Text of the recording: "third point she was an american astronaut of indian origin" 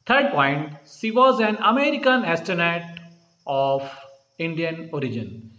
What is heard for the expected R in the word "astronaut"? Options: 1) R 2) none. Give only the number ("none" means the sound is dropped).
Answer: 2